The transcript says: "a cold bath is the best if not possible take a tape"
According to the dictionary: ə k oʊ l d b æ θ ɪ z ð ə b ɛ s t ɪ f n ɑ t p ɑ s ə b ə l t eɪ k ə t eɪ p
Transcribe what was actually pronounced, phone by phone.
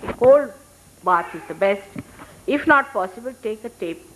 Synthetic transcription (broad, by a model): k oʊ l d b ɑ t ɪ z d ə b ɛ s t ɪ f n ɑ t p ɑ s ə b ə l t eɪ k ə t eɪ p